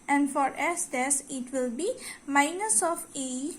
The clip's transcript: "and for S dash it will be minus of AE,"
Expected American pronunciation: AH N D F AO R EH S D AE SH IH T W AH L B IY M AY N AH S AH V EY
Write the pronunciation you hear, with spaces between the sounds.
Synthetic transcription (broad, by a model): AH N F AO R EH S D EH S IH T W AH L B IY M AY N AH S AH F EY